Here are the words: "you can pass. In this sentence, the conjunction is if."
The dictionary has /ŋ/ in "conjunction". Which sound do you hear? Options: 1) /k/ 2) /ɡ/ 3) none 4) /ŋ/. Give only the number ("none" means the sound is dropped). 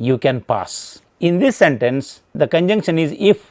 4